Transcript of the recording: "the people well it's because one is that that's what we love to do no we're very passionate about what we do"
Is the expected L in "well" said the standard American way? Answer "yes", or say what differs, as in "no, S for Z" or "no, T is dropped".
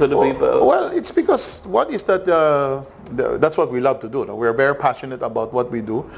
yes